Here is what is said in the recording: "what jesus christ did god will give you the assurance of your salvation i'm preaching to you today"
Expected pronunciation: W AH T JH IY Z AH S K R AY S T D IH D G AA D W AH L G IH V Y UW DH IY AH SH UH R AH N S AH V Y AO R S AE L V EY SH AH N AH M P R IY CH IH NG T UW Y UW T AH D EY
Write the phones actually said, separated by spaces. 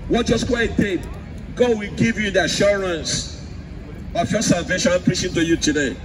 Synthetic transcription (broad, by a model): W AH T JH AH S K W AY T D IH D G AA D W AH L G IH V Y UW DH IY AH SH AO R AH N S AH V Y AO S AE L V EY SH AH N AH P R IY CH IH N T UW Y UW T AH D EY